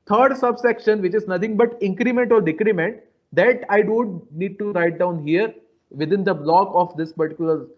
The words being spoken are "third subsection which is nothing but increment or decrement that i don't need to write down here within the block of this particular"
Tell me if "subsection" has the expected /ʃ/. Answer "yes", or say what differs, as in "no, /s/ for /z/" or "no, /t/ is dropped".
yes